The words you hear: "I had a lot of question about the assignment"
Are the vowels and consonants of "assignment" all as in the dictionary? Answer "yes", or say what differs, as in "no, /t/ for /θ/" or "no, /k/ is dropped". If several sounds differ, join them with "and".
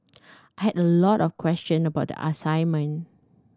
no, /t/ is dropped